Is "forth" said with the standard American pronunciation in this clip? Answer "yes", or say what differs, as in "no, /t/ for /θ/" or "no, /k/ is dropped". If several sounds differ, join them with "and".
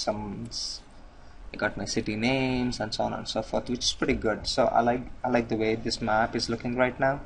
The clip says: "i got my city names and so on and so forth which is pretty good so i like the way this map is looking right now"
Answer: no, /t/ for /θ/